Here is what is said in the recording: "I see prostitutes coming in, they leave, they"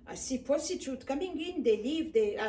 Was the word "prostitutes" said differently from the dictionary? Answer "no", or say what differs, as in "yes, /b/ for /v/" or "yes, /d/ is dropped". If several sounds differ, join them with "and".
yes, /ɹ/ is dropped and /s/ is dropped